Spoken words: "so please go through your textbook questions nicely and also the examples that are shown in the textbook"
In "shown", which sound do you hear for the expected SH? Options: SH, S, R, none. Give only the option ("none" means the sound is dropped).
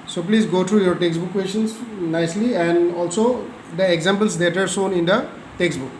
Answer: S